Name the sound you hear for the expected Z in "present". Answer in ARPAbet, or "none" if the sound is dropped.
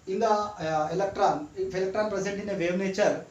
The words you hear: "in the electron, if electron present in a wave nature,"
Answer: S